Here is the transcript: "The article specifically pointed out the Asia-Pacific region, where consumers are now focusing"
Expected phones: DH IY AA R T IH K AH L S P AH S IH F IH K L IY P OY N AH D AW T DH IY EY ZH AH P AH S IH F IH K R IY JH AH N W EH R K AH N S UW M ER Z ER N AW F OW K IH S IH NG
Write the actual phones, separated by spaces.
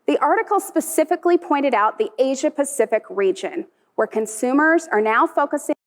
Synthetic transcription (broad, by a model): DH IY AA R T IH K L S P AH S IH F IH K L IY P OY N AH D AW T DH IY EY ZH AH P AH S IH F IH K R IY JH AH N W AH R K AH N S UW M ER Z ER N AW F OW K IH S IH